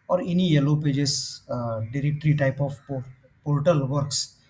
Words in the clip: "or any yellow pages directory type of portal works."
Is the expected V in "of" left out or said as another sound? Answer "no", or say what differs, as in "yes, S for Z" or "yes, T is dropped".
yes, P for V